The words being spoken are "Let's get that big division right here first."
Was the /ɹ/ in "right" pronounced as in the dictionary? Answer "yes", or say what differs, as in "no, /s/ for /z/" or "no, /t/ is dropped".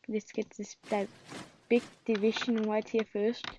no, /w/ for /ɹ/